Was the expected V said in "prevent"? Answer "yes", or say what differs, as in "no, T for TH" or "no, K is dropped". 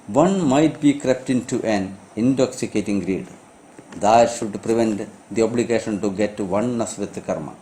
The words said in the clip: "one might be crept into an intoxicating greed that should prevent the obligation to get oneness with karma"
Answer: yes